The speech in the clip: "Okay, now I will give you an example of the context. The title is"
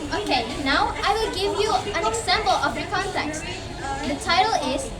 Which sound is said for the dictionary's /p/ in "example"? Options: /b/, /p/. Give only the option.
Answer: /b/